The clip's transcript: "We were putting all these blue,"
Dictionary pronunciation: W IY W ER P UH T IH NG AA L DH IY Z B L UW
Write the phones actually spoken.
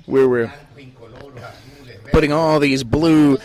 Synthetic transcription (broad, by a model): W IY W ER P UH T IH NG AA L DH IY Z B L UW